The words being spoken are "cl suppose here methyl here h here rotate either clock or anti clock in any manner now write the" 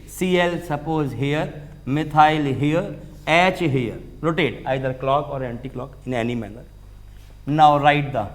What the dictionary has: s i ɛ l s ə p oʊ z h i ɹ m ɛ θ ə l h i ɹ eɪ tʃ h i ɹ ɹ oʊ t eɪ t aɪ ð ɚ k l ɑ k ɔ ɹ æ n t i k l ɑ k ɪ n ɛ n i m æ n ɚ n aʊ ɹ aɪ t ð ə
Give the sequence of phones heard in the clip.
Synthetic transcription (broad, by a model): s i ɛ l s ə p oʊ z h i ɹ m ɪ t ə l h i ɹ eɪ tʃ h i ɹ ɹ oʊ t eɪ t aɪ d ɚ k l ɑ k ɔ ɹ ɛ n t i k l ɑ k ɪ n ɛ n i m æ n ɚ n aʊ ɹ aɪ t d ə